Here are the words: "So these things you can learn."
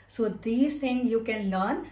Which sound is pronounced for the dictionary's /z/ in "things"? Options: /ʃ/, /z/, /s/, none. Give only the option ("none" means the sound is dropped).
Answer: none